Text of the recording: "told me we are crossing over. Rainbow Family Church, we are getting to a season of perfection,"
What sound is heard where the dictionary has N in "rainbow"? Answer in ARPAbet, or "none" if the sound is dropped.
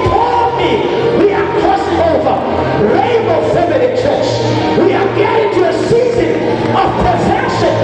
none